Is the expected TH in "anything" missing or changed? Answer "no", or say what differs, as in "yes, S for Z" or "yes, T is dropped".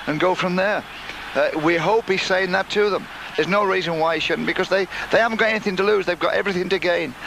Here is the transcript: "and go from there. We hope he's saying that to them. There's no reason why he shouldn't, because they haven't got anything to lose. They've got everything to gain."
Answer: no